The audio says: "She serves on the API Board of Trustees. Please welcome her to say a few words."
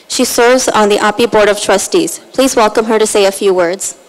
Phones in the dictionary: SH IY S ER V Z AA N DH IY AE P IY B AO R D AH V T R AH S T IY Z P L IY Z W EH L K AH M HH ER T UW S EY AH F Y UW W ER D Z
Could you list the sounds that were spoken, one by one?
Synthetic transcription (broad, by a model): SH IY S ER V Z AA N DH IY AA P IY B AO R D AH V T R AH S T IY Z P L IY Z W EH L K AH M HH ER T UW S EY AH F Y UW W ER D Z